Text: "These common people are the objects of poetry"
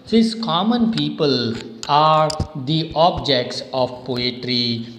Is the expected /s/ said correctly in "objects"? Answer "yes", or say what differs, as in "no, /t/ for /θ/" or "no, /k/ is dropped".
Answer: yes